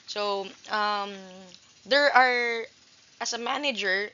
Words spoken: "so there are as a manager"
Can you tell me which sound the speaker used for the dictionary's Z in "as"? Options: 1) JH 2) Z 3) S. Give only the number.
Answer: 3